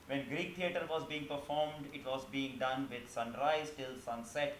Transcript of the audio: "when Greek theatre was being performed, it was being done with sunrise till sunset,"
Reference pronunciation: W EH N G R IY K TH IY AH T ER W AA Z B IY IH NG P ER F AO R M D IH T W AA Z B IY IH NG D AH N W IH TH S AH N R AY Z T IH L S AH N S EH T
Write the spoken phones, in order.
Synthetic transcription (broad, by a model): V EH N G R IY K T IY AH T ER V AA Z B IY IH NG P ER F AO R M D IH T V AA Z B IY IH NG D AH N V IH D S AH N R AY Z T IH L S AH N S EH T